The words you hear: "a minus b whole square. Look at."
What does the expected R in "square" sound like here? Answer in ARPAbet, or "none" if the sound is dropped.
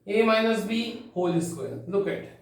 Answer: L